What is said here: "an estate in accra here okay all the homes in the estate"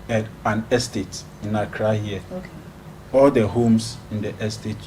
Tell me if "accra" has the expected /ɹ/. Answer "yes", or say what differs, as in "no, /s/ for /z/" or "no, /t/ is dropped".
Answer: yes